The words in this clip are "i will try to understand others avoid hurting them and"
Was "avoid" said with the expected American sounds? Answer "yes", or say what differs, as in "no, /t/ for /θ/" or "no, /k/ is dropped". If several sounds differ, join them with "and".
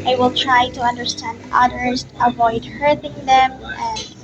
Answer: yes